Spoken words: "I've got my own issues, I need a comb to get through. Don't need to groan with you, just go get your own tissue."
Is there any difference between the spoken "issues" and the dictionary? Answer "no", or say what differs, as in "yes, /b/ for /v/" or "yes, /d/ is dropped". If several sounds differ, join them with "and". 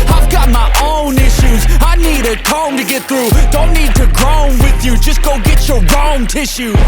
no